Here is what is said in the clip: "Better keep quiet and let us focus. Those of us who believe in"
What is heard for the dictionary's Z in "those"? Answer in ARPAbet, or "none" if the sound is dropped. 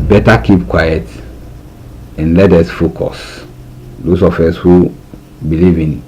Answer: S